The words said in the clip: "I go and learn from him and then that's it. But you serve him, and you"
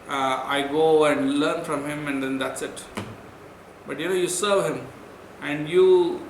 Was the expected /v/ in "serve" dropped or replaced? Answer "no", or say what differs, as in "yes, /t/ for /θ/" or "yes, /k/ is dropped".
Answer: no